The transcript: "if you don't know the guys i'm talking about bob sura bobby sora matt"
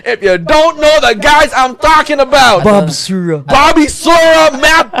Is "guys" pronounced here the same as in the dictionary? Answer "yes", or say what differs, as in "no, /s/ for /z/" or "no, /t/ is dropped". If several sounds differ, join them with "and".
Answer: yes